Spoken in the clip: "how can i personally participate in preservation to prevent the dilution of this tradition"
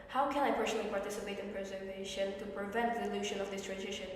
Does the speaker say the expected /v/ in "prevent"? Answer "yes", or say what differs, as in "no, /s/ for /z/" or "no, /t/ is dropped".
yes